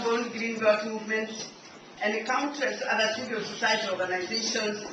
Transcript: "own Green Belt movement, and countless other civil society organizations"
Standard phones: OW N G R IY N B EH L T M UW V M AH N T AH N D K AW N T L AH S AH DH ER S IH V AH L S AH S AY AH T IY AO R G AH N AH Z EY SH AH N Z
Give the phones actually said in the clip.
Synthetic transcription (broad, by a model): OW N G R IY N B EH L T M UW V M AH N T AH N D K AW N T AH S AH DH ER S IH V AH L S AH S AY AH T IY AO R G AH N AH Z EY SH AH N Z